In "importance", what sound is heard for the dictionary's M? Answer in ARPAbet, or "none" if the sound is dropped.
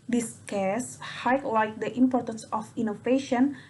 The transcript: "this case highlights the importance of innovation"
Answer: M